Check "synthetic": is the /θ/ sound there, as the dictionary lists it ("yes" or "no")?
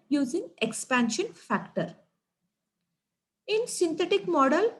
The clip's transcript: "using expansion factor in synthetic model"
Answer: no